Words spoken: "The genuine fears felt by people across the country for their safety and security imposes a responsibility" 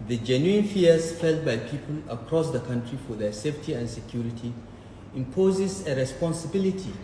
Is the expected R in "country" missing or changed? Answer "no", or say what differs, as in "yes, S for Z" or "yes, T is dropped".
no